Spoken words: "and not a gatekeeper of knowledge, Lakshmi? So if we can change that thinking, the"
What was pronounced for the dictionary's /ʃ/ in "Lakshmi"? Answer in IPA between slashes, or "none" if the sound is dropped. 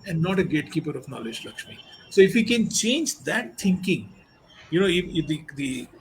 /ʃ/